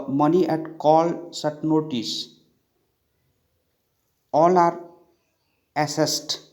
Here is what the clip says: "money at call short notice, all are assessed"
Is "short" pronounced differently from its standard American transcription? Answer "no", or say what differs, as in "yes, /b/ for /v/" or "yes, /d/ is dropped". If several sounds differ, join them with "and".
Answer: yes, /s/ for /ʃ/